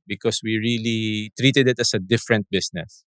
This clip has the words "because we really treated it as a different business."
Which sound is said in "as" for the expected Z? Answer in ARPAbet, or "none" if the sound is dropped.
S